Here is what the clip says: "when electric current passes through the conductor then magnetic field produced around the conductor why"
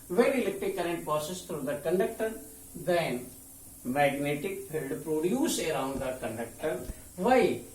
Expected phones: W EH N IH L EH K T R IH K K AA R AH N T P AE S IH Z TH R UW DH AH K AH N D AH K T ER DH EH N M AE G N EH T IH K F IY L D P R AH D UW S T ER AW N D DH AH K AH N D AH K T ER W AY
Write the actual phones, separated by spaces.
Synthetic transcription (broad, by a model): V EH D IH L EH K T IH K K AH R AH N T P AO S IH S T R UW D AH K AH N D AH K T ER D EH N M AE G N EH T IH K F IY L D P R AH D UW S T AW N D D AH K AH N D AH K T ER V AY